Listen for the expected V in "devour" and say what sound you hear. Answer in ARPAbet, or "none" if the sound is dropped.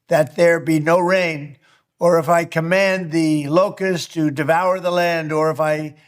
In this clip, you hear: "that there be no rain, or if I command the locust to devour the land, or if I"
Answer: V